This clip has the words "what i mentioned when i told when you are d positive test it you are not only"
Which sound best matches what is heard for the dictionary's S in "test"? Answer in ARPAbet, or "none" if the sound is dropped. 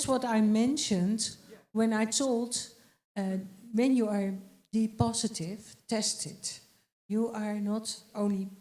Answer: S